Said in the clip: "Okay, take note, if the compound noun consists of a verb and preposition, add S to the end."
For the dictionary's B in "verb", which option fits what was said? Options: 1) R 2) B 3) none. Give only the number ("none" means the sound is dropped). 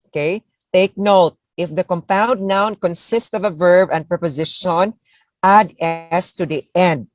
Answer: 2